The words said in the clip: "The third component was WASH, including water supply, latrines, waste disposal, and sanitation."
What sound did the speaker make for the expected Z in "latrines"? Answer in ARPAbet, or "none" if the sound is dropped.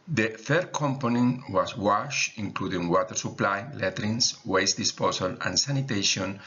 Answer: S